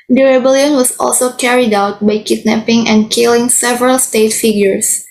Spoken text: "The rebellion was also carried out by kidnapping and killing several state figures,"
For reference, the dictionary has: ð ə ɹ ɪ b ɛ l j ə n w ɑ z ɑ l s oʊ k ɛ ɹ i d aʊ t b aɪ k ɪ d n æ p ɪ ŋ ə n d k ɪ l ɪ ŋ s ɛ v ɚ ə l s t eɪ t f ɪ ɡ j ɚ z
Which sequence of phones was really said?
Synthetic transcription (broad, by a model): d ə ɹ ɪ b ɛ l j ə n w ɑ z ɑ l s oʊ k ɛ ɹ i d aʊ t b aɪ k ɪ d n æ p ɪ ŋ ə n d k ɪ l ɪ ŋ s ɛ v ɚ ə l s t eɪ t f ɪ ɡ j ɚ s